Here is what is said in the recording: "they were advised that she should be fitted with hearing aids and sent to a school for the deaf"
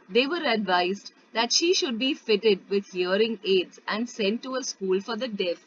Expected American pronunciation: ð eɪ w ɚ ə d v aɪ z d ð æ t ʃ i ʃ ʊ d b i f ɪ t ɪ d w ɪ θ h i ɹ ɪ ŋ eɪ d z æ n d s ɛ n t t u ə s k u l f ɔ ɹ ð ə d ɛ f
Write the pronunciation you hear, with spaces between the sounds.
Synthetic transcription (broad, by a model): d eɪ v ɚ ə d v aɪ z d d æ t ʃ i ʃ ʊ d b i f ɪ t ɪ d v ɪ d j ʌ ɹ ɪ ŋ eɪ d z æ n d s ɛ n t t u ə s k u l f ɔ ɹ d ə d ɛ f